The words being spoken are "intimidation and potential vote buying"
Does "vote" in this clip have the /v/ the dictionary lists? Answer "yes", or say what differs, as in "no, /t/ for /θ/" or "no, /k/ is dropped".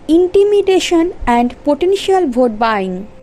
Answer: no, /b/ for /v/